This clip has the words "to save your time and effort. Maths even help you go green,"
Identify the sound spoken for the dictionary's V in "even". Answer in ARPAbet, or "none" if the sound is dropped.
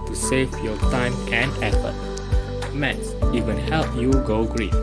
W